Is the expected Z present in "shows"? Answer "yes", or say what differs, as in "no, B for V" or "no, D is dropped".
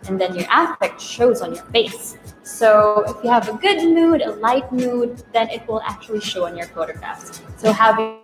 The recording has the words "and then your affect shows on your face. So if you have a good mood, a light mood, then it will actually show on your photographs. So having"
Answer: yes